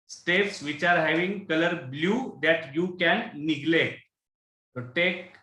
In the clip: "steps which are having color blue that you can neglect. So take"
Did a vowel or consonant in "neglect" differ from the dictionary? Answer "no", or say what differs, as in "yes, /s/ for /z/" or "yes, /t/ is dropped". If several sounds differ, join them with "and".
yes, /k/ is dropped